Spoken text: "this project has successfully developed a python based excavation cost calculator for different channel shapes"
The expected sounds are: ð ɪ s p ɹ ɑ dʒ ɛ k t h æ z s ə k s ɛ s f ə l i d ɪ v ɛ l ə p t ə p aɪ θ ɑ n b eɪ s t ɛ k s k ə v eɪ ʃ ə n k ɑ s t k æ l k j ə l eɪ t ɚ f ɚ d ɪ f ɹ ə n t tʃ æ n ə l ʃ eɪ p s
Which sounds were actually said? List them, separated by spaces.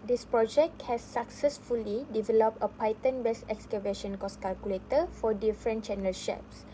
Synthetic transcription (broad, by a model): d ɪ s p ɹ ɑ dʒ ɛ k t h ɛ s ə k s ɛ s f ə l i d ɪ v ɛ l ə p t ə p aɪ t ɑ n b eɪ s ɛ k s k ə v eɪ ʃ ə n k ɑ s k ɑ l k j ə l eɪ t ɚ f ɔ d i f ɹ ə n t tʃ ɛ n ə l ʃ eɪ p s